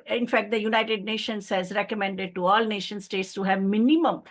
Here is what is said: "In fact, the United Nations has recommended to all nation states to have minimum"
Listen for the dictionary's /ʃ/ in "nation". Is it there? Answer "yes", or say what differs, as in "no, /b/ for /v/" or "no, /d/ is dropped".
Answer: yes